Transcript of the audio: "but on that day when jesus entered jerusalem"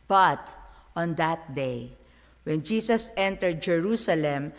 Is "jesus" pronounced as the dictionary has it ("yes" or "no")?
no